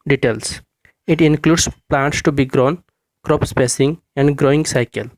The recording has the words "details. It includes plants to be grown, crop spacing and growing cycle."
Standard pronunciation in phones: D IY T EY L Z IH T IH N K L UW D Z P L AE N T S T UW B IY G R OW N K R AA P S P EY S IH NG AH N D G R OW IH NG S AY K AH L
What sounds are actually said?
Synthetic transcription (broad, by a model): D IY T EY L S IH T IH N K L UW D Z P L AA N T S T UW B IY G R OW N K R AA P S P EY S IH NG AH N D G R OW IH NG S AY K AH L